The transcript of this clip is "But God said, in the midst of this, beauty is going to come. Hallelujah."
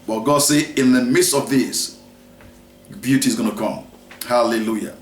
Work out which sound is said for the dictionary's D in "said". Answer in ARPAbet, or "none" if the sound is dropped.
none